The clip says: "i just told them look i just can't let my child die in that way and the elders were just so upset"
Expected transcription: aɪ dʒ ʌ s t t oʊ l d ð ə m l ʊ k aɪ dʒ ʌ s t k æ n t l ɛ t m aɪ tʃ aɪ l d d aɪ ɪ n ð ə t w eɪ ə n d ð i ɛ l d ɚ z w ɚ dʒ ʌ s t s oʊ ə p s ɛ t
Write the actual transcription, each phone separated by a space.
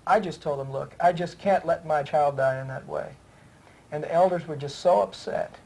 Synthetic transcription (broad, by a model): aɪ dʒ ʌ s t t oʊ l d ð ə m l ʊ k aɪ dʒ ʌ s k æ n t l ɛ t m aɪ tʃ aɪ l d d aɪ ɪ n ð ə t w eɪ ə n ð i ɛ l d ɚ z w ɚ dʒ ʌ s t s oʊ ə p s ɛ t